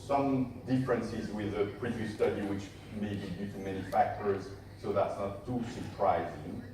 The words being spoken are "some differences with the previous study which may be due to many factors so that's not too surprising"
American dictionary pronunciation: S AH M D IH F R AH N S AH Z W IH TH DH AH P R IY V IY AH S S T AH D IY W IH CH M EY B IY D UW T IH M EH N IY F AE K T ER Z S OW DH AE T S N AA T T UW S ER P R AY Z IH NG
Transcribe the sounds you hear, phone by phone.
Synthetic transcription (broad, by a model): S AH M D IH F R AH N S AH Z W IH DH AH P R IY V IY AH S S T AH D IY W IH CH M EY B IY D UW T IH M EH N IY F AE K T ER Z S OW DH AE T S N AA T T UW S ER P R AY Z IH NG